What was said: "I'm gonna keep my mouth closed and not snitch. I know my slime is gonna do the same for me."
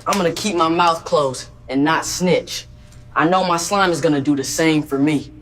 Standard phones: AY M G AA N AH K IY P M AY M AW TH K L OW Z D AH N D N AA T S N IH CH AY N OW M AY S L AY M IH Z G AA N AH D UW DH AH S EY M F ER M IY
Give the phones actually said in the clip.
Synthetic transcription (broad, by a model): AY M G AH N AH K IY P M AY M AW TH K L OW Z AH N N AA T S N IH CH AY N OW M AY S L AY M IH Z G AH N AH D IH DH AH S EY M F ER M IY